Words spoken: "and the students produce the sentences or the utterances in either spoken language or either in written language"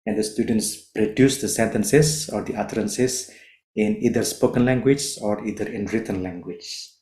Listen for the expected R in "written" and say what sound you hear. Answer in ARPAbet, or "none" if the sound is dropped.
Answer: R